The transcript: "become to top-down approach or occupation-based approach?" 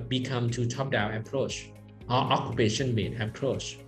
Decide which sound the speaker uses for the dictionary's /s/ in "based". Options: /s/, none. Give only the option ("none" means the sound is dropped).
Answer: none